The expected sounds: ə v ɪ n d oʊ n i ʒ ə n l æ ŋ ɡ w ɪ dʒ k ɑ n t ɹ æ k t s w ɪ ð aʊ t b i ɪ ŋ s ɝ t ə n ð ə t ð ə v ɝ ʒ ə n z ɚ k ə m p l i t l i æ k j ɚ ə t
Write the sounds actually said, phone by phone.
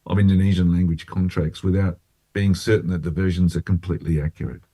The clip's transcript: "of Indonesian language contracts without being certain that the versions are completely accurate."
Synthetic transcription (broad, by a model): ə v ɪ n d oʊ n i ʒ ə n l æ ŋ ɡ w ɪ dʒ k ɑ n t ɹ æ k t s w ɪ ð aʊ t b i ɪ ŋ s ɝ t n ð ə t ð ə v ɝ ʒ ə n z ɚ k ə m p l i t l i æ k j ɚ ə t